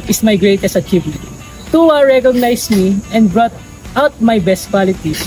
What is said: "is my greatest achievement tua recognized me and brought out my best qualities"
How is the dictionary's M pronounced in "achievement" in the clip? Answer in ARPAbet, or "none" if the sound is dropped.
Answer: none